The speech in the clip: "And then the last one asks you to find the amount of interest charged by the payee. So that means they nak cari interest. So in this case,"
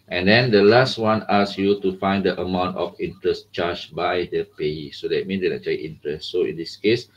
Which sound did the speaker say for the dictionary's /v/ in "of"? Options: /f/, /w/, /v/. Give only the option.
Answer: /f/